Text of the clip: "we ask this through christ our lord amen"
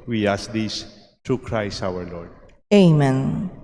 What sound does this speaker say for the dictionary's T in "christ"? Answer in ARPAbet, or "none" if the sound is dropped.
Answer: none